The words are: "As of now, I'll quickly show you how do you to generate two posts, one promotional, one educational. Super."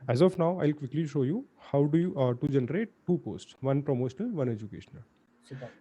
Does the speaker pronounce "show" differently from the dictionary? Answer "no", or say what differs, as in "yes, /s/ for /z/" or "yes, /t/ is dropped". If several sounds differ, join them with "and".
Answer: no